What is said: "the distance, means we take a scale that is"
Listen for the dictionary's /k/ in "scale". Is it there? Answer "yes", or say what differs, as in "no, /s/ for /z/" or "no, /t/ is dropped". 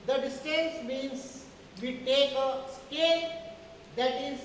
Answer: yes